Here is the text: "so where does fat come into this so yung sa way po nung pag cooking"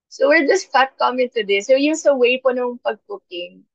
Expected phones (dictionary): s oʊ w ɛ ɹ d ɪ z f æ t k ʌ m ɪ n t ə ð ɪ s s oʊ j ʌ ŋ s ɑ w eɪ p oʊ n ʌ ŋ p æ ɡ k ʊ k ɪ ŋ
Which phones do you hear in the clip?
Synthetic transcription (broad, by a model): s oʊ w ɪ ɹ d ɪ s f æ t k ʌ m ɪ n t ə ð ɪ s s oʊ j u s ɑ w eɪ p oʊ n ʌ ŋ p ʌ ɡ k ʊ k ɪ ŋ